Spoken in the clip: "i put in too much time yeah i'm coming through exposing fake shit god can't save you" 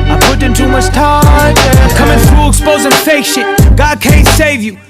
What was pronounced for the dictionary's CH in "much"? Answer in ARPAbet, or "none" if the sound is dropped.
S